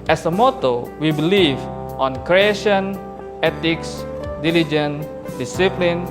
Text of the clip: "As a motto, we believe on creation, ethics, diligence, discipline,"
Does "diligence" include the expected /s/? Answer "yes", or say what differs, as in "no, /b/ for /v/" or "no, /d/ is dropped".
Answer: no, /s/ is dropped